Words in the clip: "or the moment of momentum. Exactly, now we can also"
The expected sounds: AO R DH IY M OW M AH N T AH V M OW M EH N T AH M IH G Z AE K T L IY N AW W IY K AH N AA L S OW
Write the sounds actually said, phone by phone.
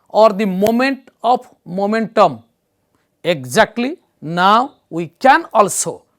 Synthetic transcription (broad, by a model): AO R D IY M OW M AH N T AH P M OW M EH N T AH M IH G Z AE K T L IY N AW W IY K AH N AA L S OW